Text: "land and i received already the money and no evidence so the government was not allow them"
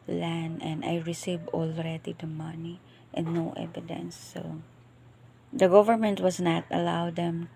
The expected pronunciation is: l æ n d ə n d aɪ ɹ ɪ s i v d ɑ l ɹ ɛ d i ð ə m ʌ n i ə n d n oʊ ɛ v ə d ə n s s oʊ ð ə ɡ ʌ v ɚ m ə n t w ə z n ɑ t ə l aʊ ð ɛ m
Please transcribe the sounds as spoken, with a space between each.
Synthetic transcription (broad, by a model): l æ n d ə n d aɪ ɹ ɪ s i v ɑ l ɹ ɛ d i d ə m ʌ n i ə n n oʊ ɛ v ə d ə n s s oʊ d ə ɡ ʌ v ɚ m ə n t w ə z n ɑ t ə l aʊ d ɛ m